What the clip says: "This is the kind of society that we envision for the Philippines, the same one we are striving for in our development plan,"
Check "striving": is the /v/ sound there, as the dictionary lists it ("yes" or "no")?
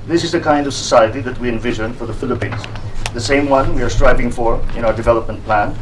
yes